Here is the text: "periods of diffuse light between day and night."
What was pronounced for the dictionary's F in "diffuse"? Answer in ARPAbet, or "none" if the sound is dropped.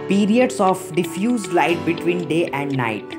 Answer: F